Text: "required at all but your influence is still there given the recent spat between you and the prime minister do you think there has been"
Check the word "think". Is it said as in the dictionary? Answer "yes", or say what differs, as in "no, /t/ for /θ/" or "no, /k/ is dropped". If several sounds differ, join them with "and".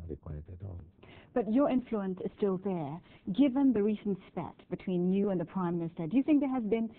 yes